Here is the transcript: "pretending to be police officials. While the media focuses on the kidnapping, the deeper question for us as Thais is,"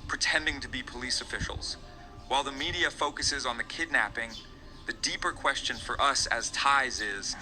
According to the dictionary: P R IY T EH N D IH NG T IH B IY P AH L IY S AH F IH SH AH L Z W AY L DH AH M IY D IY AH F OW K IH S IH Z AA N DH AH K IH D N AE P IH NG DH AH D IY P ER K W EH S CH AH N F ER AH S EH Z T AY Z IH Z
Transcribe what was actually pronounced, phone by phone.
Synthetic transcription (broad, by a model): P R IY T EH N D IH NG T IH B IY P AH L IY S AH F IH SH L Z W AY L DH AH M IY D IY AH F OW K IH S IH Z N DH AH K IH D N AE P IH NG DH AH D IY P ER K W EH S CH AH N F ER AH S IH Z T AY Z IH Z